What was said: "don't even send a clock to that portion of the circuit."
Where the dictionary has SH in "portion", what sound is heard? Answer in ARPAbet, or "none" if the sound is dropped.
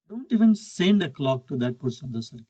S